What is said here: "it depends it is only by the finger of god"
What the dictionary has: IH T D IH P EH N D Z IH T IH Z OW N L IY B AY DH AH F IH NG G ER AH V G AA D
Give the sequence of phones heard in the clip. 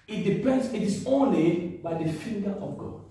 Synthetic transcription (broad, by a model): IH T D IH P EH N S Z IH T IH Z OW N L IY B AY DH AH F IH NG G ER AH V G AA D